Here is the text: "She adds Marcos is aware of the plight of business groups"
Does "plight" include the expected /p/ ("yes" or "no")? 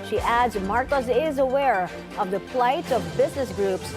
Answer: no